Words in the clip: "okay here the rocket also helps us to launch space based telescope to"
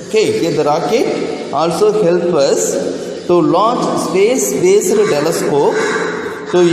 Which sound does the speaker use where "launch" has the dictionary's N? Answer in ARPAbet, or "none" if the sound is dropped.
none